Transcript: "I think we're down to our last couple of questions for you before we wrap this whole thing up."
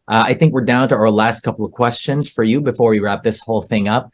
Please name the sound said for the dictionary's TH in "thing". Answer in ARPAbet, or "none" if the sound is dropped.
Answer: TH